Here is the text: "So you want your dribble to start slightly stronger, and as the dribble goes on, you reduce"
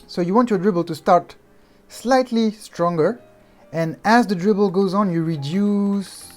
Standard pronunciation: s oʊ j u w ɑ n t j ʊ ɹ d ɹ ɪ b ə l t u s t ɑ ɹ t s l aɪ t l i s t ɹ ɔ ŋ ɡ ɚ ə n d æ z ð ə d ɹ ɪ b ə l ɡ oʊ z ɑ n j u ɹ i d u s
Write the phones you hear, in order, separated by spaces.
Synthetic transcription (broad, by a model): s oʊ j u w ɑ n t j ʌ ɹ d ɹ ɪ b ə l t u s t ɑ ɹ t s l aɪ t l i s t ɹ ɔ ŋ ɡ ɚ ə n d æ z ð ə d ɹ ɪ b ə l ɡ oʊ z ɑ n j u ɹ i d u s